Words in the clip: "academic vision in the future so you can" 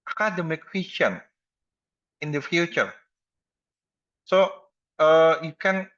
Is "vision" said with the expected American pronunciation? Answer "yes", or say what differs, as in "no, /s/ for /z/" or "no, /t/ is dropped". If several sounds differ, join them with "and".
no, /w/ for /v/ and /ʃ/ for /ʒ/